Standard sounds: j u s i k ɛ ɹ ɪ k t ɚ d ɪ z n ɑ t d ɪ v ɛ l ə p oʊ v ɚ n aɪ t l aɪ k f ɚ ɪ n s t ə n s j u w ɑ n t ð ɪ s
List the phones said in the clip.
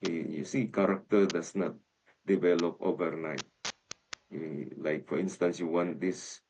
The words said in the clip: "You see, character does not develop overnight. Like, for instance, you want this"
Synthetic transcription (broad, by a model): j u s i k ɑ ɹ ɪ k t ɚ d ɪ s n ɑ t d ɪ v ɛ l ə p oʊ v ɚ n aɪ t l aɪ k f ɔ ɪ n s t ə n s j u w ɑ n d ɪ s